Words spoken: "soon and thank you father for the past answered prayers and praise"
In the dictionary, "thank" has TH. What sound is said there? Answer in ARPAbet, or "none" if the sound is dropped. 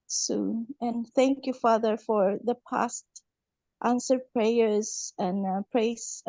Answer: TH